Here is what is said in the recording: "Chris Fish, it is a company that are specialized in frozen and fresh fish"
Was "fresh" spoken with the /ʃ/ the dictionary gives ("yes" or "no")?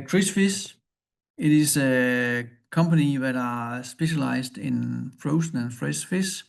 no